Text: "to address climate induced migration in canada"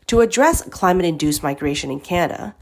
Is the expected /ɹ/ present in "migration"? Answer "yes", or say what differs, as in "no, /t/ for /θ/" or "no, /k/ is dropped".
yes